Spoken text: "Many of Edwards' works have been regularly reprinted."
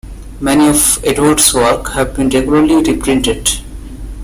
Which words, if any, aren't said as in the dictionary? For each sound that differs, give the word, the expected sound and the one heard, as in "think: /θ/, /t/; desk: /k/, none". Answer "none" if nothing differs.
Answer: works: /s/, none